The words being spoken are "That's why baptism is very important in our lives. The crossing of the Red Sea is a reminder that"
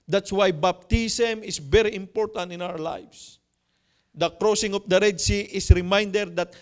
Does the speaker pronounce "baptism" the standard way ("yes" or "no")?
no